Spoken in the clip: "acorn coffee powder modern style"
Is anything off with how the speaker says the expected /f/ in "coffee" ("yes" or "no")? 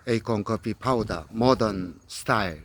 yes